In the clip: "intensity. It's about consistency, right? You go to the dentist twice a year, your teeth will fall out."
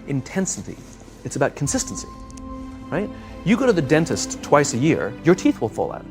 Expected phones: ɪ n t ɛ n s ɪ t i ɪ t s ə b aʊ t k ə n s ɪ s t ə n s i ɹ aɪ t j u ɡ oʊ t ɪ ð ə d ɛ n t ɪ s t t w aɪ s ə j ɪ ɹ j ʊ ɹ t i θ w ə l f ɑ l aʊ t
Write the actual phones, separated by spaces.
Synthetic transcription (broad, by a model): ɪ n t ɛ n s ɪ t i ɪ t s ə b aʊ t k n s ɪ s t n s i ɹ aɪ t j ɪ ɡ oʊ t ɪ ð ə d ɛ n t ɪ s t t w aɪ s ə j ɪ ɹ j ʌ ɹ t i θ w ə l f ɑ l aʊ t